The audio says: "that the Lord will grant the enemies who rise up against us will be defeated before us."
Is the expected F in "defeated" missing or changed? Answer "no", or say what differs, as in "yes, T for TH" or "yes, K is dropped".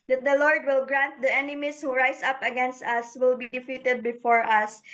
no